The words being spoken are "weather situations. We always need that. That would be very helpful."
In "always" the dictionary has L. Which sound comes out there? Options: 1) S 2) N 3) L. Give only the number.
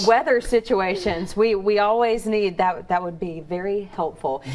3